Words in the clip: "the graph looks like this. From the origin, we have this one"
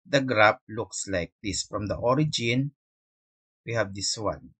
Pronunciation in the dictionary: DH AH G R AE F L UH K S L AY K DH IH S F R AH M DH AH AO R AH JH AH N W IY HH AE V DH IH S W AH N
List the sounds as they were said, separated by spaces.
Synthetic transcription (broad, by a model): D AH G R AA P L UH K S L AY K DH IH S F R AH M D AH AO R AH JH AH N W IY HH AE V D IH S W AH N